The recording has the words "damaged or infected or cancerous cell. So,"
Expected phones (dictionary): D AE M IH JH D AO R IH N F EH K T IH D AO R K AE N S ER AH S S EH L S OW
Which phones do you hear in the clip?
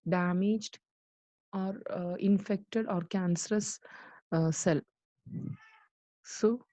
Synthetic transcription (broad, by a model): D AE M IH JH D AO R IH N F EH K T IH D AO R K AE N S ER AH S S EH L S OW